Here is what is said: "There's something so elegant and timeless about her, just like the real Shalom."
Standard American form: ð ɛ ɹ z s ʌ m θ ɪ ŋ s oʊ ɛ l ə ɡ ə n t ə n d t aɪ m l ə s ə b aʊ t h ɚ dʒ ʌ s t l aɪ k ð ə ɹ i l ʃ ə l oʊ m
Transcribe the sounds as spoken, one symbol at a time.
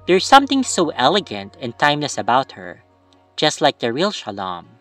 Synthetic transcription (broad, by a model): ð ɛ ɹ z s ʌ m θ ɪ ŋ s oʊ ɛ l ə ɡ ə n t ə n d t aɪ m l ə s ə b aʊ t h ɚ dʒ ʌ s t l aɪ k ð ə ɹ i l ʃ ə l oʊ m